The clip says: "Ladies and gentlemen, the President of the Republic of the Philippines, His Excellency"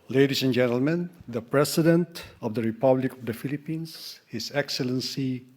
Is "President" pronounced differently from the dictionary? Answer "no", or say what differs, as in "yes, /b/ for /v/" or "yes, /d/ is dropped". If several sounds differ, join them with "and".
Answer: yes, /s/ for /z/